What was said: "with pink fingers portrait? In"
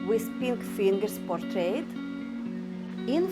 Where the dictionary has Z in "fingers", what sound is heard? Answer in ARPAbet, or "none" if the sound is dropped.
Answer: S